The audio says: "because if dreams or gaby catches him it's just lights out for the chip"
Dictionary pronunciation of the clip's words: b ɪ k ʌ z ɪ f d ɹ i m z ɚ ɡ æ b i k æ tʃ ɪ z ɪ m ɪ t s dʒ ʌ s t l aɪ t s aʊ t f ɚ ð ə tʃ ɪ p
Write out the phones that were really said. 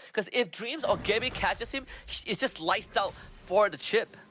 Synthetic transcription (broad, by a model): k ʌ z ɪ f d ɹ i m z ɚ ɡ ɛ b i k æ tʃ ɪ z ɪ m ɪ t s dʒ ʌ s t l aɪ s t aʊ t f ɚ ð ə tʃ ɪ p